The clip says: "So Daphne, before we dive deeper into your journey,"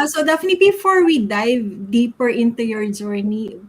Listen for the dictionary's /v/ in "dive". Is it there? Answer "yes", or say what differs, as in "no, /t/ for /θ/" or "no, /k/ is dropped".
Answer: yes